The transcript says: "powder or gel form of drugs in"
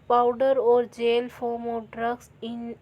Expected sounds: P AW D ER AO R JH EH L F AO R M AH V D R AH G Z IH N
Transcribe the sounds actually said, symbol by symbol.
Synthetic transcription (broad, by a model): P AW D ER AO R JH EH L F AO R M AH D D R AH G S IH N